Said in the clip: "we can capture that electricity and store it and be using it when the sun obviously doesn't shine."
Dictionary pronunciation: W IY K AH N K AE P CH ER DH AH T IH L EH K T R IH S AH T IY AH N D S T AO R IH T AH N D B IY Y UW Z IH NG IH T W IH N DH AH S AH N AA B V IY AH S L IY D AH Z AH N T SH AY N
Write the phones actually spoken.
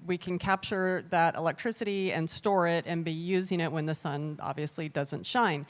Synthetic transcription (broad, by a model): W IY K AH N K AE P CH ER DH AH T IH L EH K T R IH S AH T IY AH N S T AO R IH T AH N B IY Y UW Z IH NG IH T W IH N DH AH S AH N AA B V IY AH S L IY D AH Z AH N T SH AY N